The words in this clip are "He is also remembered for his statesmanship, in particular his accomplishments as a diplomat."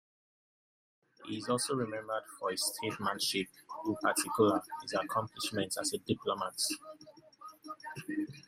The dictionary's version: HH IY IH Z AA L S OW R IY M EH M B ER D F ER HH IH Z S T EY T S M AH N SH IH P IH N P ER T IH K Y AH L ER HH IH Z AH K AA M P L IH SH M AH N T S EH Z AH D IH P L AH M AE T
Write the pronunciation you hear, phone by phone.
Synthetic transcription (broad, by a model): HH IY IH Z AA L S OW R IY M EH M B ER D F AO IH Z S T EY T M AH N SH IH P IH N P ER T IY K Y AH L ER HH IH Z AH K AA M P L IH SH M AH N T AA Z AH D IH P L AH M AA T